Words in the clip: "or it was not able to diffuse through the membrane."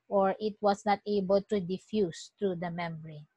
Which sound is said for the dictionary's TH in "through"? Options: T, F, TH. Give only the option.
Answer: T